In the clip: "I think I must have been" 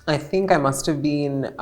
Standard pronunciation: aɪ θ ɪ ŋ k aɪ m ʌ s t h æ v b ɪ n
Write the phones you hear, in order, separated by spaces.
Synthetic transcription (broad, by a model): aɪ θ ɪ ŋ k aɪ m ʌ s t h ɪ v b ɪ n